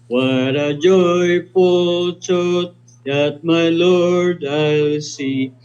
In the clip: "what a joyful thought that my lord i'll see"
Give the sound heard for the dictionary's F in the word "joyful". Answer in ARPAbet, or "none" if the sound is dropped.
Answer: P